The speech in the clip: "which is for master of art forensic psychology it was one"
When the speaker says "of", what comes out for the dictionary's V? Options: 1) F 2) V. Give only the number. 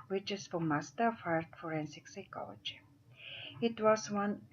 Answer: 1